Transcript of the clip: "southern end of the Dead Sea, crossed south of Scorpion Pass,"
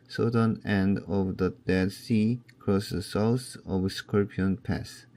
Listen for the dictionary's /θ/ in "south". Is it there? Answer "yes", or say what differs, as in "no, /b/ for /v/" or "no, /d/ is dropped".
no, /s/ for /θ/